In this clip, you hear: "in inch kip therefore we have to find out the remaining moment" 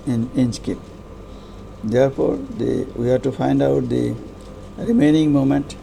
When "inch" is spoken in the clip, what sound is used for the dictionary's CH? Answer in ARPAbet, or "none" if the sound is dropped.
S